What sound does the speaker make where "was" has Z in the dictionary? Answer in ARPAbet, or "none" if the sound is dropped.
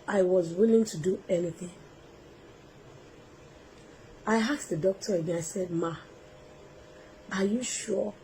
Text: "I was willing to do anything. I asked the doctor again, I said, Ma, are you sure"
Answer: Z